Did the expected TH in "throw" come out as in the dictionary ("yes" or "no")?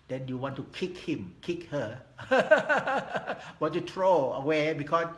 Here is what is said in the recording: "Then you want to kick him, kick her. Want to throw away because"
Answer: no